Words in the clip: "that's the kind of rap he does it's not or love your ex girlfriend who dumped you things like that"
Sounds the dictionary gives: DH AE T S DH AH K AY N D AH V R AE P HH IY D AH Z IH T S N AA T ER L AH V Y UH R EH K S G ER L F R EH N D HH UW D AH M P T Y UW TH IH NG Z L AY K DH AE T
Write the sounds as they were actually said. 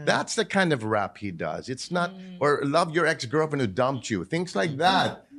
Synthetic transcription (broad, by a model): DH AE T S DH AH K AY N D AH V R AE P HH IY D AH Z IH T S N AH T ER L AH V Y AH R EH K S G ER L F IH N HH UW D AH M P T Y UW TH IH NG S L AY K DH AE T